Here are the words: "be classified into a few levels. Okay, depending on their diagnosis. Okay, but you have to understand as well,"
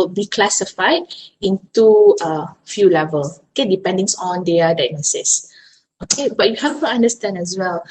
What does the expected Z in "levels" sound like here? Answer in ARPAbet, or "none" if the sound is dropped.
none